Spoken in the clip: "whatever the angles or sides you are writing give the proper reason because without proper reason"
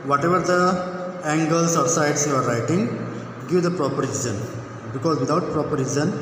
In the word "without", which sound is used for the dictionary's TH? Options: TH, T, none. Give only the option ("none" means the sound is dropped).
T